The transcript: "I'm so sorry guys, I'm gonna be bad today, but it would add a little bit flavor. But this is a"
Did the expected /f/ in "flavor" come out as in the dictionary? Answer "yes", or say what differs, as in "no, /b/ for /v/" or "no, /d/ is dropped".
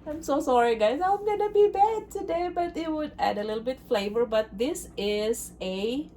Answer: yes